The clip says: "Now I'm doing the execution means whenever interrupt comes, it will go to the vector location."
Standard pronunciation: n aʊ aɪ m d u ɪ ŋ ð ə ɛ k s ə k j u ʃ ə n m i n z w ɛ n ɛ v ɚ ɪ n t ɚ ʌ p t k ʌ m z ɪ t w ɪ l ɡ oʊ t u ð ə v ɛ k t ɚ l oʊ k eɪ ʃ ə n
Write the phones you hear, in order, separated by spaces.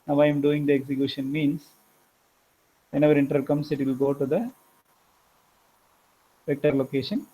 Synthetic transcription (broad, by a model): n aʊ aɪ m d u ɪ ŋ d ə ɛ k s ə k j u ʃ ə n m i n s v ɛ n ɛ v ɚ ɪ n t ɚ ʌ t k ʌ m s ɪ t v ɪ l ɡ oʊ t u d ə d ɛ k t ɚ l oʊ k eɪ ʃ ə n